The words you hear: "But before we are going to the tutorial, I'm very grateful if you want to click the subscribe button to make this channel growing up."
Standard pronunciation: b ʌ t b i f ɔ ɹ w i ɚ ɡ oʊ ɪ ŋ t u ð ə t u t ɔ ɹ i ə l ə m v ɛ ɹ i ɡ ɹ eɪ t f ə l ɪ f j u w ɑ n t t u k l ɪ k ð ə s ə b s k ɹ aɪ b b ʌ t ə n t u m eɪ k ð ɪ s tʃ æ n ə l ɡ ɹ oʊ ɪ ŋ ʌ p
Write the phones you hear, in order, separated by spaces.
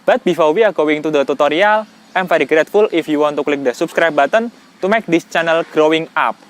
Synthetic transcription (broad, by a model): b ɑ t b i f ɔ w i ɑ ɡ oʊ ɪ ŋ t u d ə t u t ɔ ɹ i ə l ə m f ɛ ɹ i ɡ ɹ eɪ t f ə l ɪ f j u w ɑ n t t u k l ɪ k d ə s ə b s k ɹ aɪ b b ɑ t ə n t u m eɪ k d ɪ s tʃ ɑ n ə l ɡ ɹ oʊ ɪ ŋ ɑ p